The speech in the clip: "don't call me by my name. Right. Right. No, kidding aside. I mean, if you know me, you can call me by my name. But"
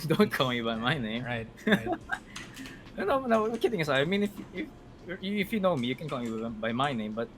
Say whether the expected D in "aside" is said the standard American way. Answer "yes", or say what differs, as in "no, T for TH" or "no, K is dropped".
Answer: no, D is dropped